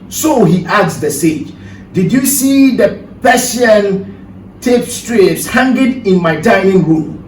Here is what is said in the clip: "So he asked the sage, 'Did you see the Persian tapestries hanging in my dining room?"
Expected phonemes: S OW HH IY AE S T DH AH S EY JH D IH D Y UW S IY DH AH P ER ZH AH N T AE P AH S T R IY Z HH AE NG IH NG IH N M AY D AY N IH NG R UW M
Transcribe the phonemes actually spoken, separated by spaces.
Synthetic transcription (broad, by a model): S OW HH IY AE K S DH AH S EY JH D IH D Y UW S IY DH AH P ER S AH N T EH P S T R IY S HH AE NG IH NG IH N M AY D AY IH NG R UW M